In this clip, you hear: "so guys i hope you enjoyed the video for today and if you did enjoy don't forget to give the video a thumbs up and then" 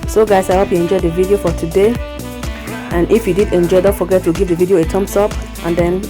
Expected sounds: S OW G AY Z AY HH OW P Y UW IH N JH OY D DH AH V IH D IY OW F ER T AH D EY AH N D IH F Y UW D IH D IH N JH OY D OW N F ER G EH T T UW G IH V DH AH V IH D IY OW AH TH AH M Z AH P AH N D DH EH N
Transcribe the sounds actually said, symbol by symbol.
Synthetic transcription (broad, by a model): S OW G AY S AY HH OW P Y UW IH N JH OY D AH V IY D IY OW F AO T AH D EY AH N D IH F Y UW D IH D IH N JH OY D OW F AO G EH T T UW G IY V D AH V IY D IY OW AH T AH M S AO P AH N D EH N